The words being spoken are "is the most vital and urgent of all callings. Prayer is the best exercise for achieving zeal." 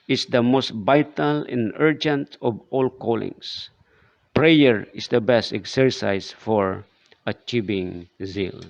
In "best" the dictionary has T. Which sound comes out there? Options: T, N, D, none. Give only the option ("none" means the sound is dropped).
T